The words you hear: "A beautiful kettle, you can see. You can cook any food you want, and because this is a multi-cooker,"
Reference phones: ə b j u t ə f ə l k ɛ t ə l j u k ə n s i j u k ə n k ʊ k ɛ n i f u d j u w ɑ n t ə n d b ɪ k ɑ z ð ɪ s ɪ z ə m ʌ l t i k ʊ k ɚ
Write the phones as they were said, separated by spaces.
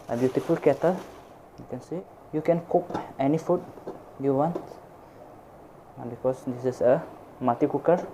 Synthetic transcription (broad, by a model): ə b j u t ə f ə l k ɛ t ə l j u k ə n s i j u k ə n k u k ɛ n i f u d j u w ɑ n t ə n b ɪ k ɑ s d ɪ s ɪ s ə m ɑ t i k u k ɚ